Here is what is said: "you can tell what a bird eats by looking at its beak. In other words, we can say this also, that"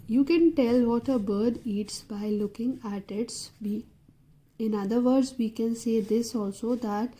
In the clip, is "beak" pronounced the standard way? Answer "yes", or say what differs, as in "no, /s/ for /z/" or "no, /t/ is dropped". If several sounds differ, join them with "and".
no, /k/ is dropped